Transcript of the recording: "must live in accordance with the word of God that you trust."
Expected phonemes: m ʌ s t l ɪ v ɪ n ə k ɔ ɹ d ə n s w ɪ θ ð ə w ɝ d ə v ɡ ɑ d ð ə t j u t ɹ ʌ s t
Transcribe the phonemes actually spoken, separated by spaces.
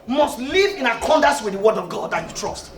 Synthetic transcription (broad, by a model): m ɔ s t l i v ɪ n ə k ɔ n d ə s w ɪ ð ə w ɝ d ə v ɡ ɑ d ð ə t j u t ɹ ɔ s t